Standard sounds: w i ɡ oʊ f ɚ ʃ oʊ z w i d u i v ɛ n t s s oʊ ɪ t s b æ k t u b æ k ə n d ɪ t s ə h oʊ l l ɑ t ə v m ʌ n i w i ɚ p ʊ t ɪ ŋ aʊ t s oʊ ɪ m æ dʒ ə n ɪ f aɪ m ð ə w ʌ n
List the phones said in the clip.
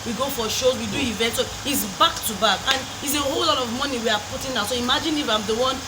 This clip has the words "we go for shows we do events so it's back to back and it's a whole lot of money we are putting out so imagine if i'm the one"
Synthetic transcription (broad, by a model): w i ɡ oʊ f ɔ ʃ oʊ w i d u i v ɛ n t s s oʊ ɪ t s b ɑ k t u b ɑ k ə n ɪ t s ə h oʊ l l ɑ t ə v m ʌ n i w i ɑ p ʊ t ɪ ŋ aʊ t s oʊ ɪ m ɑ dʒ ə n ɪ f aɪ m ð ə w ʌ n